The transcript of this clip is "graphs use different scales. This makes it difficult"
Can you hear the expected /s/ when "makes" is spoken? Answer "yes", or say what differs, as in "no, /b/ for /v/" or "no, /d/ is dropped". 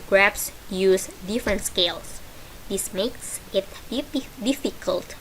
yes